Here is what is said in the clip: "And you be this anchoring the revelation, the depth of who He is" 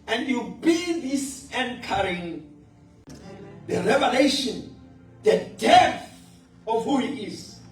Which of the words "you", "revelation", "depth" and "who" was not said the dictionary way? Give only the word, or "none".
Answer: depth